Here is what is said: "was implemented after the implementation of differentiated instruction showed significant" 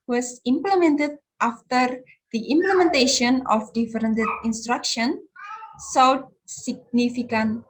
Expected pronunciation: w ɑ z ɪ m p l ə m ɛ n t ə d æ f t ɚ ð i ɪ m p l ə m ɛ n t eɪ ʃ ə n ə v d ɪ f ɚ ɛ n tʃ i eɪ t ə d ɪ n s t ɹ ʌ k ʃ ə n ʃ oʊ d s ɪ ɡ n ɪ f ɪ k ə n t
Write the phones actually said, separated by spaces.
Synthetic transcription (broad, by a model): w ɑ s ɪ m p l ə m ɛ n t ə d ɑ f t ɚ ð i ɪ m p l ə m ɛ n t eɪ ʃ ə n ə f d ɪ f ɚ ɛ n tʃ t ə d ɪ n s t ɹ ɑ k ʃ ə n s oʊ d s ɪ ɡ n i f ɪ k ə n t